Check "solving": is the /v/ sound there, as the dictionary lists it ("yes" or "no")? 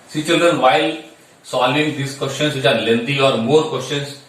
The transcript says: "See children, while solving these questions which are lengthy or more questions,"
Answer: no